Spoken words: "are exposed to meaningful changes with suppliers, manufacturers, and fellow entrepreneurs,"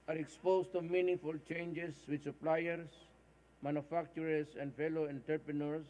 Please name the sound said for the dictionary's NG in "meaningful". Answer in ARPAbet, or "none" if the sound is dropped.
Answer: none